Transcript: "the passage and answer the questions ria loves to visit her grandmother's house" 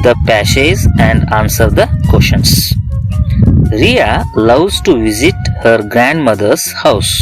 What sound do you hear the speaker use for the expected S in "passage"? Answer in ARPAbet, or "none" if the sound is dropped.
SH